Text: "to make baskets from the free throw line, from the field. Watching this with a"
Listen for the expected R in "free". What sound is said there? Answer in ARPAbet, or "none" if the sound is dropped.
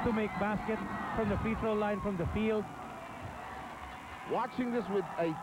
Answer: none